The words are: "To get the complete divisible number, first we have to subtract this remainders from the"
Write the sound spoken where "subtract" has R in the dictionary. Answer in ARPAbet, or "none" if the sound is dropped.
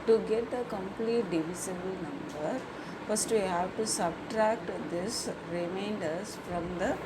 R